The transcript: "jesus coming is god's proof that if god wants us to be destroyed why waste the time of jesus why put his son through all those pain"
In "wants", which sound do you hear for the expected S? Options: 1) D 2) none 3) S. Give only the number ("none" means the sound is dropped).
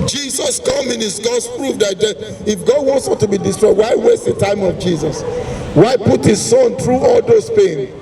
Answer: 3